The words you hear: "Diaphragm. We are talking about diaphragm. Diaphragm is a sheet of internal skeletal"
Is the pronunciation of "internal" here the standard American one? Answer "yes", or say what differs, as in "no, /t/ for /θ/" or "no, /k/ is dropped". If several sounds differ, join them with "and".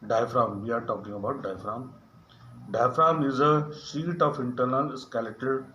no, /n/ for /l/